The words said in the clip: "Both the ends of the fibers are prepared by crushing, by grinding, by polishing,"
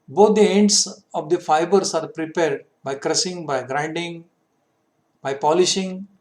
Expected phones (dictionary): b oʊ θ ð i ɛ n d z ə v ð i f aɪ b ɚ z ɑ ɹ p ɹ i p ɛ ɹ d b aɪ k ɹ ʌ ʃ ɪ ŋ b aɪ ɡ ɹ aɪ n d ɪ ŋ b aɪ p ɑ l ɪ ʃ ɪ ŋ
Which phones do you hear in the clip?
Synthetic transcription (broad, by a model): b oʊ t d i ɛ n d s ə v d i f aɪ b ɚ s ɑ ɹ p ɹ i p ɛ ɹ d b aɪ k ɹ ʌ s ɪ ŋ b aɪ ɡ ɹ aɪ n d ɪ ŋ b aɪ p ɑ l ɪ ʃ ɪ ŋ